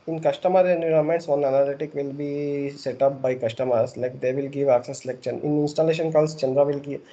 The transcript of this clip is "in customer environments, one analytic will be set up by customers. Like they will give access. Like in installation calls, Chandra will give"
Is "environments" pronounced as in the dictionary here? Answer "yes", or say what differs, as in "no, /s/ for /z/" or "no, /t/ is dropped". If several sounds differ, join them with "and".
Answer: no, /v/ is dropped and /n/ is dropped